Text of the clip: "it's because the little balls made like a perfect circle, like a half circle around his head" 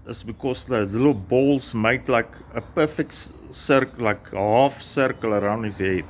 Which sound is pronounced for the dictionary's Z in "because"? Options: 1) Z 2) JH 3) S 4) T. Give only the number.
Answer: 3